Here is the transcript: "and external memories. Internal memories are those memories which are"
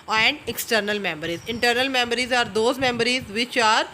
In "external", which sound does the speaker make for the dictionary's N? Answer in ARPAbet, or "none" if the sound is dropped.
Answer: N